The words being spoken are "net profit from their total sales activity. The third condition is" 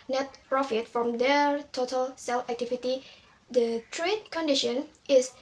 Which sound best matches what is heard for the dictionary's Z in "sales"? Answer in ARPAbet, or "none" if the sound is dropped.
none